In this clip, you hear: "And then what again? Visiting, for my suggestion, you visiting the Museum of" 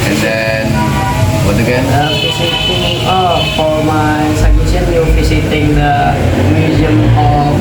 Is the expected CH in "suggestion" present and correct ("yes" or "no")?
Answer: no